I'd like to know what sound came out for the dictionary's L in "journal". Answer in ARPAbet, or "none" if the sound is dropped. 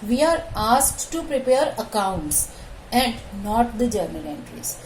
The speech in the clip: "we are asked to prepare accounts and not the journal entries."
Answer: N